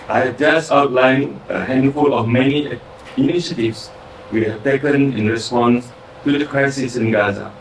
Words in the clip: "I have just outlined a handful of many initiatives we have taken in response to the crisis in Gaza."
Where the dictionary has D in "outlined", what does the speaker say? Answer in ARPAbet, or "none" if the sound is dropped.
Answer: none